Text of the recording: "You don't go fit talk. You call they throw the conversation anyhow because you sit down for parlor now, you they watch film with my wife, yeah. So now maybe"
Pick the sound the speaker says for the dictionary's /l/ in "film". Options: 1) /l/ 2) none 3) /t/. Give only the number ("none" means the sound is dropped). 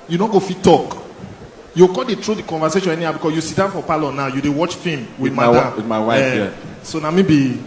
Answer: 2